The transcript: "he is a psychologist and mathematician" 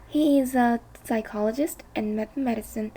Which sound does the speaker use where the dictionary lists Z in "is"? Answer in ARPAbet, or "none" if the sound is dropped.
Z